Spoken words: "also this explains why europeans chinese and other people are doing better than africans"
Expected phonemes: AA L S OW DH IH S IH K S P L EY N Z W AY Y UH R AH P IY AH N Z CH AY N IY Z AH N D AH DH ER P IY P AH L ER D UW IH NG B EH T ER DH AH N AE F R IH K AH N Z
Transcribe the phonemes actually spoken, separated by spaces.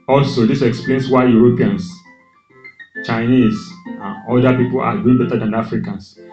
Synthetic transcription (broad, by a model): AA L S OW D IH S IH K S P L EY N S W AY Y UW R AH P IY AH N S CH AY N IY S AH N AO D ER P IY P AH L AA D UW IH NG B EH T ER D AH N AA F R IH K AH N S